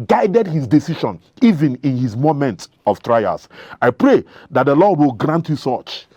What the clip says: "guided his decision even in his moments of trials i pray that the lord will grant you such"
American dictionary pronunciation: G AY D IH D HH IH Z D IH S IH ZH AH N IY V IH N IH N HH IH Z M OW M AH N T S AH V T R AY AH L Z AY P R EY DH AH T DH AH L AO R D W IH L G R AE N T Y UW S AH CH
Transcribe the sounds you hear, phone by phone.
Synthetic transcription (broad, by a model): G AY D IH D HH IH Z D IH S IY SH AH N IY V IH N IH N HH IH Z M OW M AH N T AH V T R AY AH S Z AY P R EY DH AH T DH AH L AO D W IH L G R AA N T Y UW S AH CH